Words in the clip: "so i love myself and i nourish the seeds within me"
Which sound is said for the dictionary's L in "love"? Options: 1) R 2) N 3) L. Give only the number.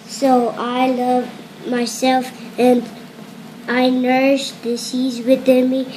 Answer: 3